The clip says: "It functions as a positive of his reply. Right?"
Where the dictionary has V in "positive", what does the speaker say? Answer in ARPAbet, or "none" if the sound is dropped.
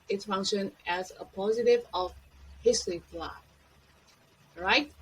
V